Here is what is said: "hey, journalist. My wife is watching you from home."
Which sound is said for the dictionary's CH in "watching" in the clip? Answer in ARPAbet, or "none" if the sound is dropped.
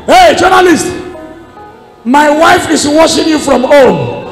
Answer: SH